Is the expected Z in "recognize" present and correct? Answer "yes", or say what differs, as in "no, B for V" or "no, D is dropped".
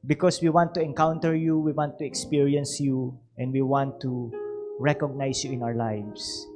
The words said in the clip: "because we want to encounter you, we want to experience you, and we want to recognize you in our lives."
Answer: no, S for Z